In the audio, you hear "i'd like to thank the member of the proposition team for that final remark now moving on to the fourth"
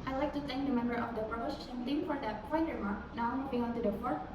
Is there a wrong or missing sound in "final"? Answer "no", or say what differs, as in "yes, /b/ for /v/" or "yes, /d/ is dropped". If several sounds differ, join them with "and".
yes, /p/ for /f/